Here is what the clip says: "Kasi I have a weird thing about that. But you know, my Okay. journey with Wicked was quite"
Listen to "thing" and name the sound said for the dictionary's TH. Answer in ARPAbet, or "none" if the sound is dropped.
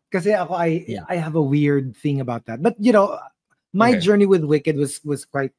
TH